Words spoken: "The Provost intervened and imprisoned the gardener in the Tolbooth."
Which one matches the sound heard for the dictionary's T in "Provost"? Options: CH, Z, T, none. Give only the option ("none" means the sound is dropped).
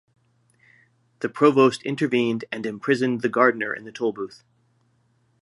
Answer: T